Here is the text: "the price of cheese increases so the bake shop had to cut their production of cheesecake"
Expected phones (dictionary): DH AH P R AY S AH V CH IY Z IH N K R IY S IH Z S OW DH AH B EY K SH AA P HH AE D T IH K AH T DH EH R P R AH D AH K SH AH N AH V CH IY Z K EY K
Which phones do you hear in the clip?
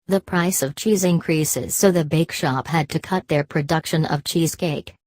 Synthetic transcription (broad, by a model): DH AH P R AY S AH V CH IY Z IH N K R IY S IH Z S OW DH AH B EY K SH AA P HH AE D T IH K AH T DH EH R P R AH D AH K SH AH N AH V CH IY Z K EY K